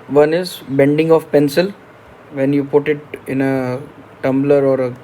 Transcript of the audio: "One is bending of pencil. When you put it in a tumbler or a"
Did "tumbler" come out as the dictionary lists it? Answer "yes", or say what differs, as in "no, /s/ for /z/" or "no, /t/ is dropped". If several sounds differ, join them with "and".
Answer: yes